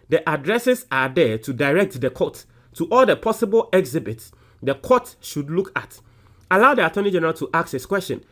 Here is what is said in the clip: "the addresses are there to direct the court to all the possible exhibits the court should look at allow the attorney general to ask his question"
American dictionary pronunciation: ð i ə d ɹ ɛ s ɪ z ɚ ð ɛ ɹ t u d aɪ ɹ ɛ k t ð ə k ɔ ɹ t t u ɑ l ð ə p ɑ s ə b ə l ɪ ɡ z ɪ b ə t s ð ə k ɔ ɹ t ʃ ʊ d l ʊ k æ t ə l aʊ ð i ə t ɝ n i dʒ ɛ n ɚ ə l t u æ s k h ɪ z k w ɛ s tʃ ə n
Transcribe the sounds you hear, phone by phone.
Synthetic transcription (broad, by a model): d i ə d ɹ ɛ s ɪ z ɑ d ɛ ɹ t u d aɪ ɹ ɛ k t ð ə k ɔ t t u ɑ l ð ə p ɑ s ə b ə l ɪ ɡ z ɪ b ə t s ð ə k ɔ t ʃ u d l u k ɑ t ə l aʊ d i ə t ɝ n i dʒ ɛ n ɚ ə l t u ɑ k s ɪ s k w ɛ s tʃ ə n